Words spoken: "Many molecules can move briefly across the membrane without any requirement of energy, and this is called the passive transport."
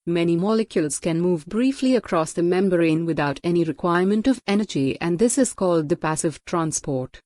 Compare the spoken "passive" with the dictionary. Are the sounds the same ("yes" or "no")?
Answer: yes